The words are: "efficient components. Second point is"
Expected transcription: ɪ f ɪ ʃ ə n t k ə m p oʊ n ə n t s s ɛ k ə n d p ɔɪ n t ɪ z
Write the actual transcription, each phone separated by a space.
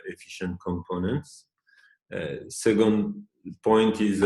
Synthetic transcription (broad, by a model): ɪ f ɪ ʃ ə n t k ə m p oʊ n ə n t s s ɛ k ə n d p ɔɪ n t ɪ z